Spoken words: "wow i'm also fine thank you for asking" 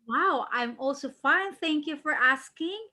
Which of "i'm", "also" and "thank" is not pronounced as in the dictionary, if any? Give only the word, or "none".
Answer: none